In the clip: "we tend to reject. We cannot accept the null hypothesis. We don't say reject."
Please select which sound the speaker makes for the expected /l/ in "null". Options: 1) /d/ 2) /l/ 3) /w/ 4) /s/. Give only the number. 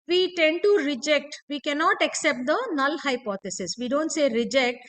2